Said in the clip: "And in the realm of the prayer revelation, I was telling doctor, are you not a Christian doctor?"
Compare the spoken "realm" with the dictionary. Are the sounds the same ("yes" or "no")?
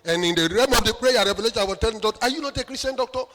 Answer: no